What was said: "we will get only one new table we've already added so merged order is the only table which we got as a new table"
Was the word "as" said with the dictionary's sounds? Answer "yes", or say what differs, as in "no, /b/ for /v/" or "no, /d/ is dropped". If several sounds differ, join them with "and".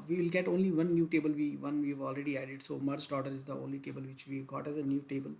yes